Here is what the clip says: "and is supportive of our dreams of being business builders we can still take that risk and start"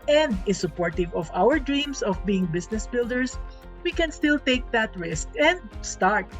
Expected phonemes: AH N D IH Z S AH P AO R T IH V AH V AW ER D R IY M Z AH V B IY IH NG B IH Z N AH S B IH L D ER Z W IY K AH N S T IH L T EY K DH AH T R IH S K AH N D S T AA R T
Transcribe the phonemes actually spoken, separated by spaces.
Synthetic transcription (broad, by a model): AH N D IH S AH P AO R T IH V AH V AW ER D R IY M S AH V B IY IH NG B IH S N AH S B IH L D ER S W IY K AH N S T IH L T EY K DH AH T R IH S K AH N D S T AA R T